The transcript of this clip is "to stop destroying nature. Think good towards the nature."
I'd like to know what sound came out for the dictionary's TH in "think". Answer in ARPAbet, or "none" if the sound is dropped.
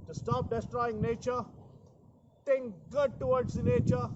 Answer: T